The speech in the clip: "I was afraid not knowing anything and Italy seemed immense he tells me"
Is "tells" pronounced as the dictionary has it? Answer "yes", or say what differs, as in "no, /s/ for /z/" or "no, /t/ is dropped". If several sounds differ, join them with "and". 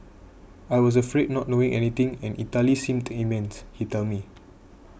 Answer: no, /z/ is dropped